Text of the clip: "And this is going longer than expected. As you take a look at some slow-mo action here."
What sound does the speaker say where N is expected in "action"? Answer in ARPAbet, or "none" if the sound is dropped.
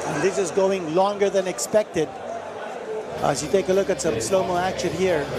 N